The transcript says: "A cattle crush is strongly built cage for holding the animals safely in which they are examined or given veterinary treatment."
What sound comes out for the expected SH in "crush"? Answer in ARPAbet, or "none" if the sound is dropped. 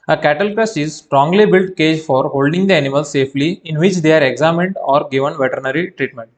S